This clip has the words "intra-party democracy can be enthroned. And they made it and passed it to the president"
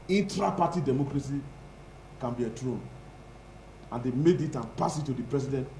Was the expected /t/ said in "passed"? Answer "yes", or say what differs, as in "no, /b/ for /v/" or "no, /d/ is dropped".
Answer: no, /t/ is dropped